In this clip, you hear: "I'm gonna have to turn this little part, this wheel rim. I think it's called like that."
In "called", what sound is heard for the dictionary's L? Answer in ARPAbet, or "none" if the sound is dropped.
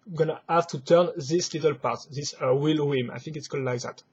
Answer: none